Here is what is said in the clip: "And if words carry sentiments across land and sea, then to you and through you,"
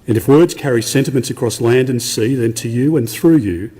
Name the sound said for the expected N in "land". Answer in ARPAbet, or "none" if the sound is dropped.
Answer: N